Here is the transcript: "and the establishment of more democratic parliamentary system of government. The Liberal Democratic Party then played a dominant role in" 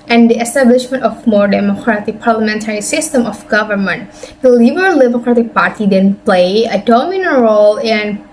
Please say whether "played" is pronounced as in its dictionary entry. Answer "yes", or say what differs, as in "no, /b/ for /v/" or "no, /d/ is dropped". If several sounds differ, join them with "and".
no, /d/ is dropped